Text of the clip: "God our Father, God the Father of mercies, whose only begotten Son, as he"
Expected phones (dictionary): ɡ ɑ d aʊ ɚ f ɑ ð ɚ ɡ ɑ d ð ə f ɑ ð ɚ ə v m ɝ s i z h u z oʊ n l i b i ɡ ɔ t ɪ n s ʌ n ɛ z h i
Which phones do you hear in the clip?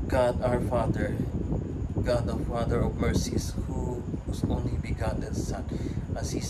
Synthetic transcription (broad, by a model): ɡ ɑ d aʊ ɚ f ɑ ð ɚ ɡ ɑ d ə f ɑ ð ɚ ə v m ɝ s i s h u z oʊ n l i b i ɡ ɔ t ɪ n s ʌ n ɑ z h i